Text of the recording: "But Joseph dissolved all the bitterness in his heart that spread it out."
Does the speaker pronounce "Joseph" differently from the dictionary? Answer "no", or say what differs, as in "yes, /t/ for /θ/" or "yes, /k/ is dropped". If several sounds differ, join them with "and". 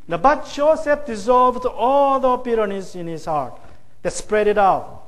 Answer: yes, /tʃ/ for /dʒ/ and /p/ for /f/